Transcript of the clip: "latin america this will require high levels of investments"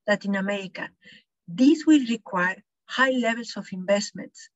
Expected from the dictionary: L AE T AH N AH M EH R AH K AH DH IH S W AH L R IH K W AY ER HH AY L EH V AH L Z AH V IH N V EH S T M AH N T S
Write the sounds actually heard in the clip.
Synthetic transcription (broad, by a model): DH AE T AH N AH M EH R AH K AH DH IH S W AH L R IH K W AY ER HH AY L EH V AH L S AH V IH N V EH S T M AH N T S